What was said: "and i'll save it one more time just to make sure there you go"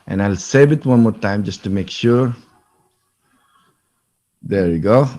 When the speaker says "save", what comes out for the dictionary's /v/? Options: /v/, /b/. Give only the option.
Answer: /b/